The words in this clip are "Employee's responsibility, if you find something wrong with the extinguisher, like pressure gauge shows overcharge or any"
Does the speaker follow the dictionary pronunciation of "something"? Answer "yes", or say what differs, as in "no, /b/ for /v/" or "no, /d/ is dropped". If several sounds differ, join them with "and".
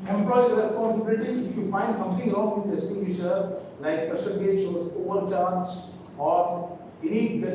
no, /t/ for /θ/